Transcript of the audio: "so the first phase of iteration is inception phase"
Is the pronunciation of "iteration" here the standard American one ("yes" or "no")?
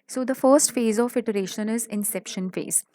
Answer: yes